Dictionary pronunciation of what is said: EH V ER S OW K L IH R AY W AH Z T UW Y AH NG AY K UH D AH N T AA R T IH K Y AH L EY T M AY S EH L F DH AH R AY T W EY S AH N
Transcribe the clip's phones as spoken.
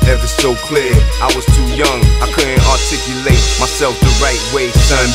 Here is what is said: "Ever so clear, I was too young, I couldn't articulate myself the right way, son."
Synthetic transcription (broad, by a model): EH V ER S OW K L IH R AY W AH Z T UW Y AH NG AY K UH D N T AA R T IH K Y AH L EY T M AY S EH L F DH AH R AY T W EY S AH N